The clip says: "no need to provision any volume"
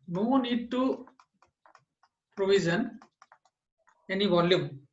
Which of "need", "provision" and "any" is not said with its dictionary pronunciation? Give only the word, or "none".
provision